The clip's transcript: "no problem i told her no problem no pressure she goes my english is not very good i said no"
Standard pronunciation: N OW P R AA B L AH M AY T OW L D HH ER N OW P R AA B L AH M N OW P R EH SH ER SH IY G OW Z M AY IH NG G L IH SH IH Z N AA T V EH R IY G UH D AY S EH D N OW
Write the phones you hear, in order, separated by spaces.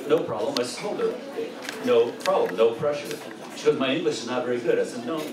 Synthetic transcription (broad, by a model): N OW P R AA B L AH M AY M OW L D ER N OW P R AA B L AH M N OW P R EH SH ER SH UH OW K M AY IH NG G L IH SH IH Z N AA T V EH R IY G UH D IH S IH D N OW